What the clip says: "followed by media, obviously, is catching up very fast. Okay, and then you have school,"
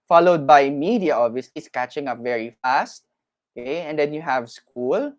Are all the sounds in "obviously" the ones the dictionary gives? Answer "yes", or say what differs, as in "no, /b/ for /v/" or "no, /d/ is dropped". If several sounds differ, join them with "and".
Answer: no, /b/ is dropped